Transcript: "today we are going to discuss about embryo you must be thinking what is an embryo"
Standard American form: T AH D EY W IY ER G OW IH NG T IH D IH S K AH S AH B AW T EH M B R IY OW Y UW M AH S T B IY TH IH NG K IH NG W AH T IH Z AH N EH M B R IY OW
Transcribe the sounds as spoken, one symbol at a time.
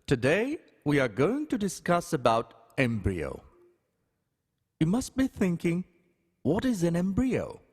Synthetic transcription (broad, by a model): T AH D EY W IY ER G OW IH NG T IH D IH S K AH S AH B AW T EH M B R IY OW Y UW M AH S T B IY TH IH NG K IH NG W AH T IH Z AH N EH M B R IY OW